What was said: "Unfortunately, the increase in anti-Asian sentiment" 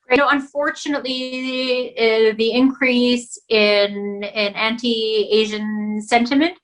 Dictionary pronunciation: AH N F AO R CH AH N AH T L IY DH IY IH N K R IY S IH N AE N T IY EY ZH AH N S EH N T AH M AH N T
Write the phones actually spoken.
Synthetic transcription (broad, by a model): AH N F AO R CH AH N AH T L IY DH IY IH N K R IY S IH N AE N T IY EY ZH AH N S EH N T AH M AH N T